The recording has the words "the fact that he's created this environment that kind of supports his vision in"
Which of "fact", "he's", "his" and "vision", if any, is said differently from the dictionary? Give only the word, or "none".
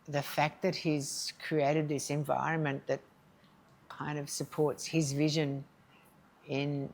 none